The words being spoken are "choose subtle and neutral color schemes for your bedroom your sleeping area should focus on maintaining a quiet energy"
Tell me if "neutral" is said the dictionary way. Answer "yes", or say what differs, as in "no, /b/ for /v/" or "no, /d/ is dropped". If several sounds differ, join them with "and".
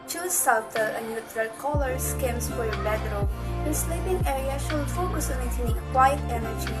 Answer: no, /l/ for /ɹ/